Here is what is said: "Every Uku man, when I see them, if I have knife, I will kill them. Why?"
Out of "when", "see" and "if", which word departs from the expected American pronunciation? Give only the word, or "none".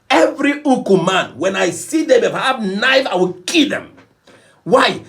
if